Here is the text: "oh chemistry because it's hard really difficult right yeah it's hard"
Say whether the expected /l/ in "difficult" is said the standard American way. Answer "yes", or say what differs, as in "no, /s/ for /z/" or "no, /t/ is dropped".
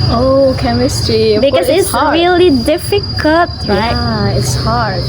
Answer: no, /l/ is dropped